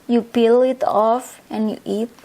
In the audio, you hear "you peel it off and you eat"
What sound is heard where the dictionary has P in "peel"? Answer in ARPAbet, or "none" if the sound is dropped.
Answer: B